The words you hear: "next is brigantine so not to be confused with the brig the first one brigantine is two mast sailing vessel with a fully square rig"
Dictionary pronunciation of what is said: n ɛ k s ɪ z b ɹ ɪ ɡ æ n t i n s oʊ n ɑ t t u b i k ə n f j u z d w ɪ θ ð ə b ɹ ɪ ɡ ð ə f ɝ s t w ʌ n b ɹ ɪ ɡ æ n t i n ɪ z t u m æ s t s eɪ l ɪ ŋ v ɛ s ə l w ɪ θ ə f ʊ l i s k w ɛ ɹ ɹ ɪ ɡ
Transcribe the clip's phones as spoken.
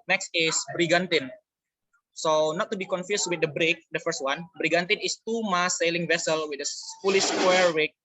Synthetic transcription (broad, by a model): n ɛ k s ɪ s b ɹ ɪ ɡ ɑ n t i n s oʊ n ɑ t t u b i k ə n f j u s w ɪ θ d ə b ɹ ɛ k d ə f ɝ s t w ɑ n b ɹ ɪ ɡ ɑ n t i n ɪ s t u m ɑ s s eɪ l ɪ ŋ v ɛ s ə l w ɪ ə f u l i s k w ɛ ɹ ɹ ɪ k